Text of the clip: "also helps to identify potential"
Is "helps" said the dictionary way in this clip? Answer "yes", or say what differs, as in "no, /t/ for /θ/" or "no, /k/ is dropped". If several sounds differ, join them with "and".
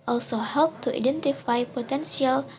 no, /s/ is dropped